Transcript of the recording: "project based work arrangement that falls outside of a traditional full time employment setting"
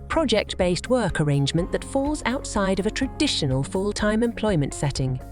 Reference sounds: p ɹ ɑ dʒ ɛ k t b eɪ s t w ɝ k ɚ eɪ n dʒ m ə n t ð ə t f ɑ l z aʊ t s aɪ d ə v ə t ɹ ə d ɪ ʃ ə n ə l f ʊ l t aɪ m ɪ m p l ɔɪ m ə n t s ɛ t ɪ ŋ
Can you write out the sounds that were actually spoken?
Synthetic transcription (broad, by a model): p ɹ ɑ dʒ ɛ k t b eɪ s t w ɝ k ɚ eɪ n dʒ m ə n ð ə t f ɑ l z aʊ t s aɪ d ə v ə t ɹ ə d ɪ ʃ ə n ə l f ʊ l t aɪ m ɪ m p l ɔɪ m ə n t s ɛ t ɪ ŋ